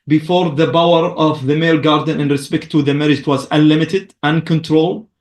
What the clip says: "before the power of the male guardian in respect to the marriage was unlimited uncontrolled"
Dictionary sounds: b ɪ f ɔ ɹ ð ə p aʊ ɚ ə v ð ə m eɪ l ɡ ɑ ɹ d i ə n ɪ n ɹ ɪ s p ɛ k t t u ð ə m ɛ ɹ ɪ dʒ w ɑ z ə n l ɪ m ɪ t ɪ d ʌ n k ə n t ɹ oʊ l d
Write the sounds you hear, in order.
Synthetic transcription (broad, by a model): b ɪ f ɔ ɹ ð ə b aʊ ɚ ə v ð ə m eɪ l ɡ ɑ ɹ d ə n ɪ n ɹ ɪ s p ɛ k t t u ð ə m ɛ ɹ ɪ dʒ w ɑ z ə n l ɪ m ɪ t ɪ d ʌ n k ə n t ɹ oʊ l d